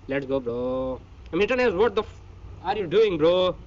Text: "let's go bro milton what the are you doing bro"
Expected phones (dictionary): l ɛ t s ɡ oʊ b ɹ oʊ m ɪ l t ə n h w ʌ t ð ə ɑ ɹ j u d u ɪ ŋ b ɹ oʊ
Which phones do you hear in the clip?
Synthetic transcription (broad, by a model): l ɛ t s ɡ oʊ b ɹ oʊ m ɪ t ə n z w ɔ t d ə ɑ ɹ j u d u ɪ ŋ b ɹ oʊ